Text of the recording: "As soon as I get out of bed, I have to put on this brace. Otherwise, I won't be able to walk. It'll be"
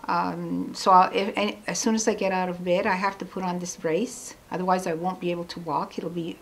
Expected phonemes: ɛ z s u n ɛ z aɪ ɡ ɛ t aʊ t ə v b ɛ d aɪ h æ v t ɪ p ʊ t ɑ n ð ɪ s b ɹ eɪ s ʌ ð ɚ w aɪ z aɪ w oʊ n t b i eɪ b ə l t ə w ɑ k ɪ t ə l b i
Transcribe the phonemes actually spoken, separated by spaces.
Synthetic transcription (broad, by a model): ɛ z s u n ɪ z aɪ ɡ ɛ t aʊ t ə v b ɛ d aɪ h æ f t ɪ p ʊ t n ð ɪ s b ɹ eɪ s ʌ ð ɚ w aɪ z aɪ w oʊ n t b i eɪ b l t ə w ɑ k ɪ t l b i